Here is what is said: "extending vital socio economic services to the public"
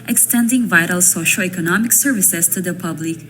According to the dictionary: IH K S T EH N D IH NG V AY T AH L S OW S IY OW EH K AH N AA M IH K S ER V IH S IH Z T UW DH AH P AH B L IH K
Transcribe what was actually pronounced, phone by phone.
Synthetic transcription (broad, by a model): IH K S T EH N D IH NG V AY T AH L S OW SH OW EH K AH N AA M IH K S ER V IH S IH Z T UW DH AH P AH B L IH K